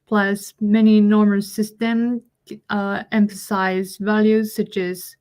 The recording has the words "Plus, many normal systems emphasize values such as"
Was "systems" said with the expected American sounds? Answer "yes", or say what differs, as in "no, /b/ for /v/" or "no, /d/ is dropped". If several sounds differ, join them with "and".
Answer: no, /z/ is dropped